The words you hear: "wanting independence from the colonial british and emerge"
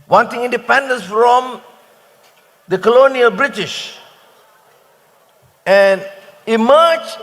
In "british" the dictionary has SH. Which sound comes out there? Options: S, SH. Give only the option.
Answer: SH